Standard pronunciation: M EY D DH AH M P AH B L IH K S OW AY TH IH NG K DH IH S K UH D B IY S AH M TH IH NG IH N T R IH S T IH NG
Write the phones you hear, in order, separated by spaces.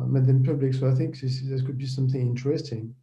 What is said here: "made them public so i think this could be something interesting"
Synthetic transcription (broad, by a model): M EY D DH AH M P AH B L IH K S OW AY TH IH NG K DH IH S K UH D B IY S AH M TH IH NG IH N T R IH S T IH NG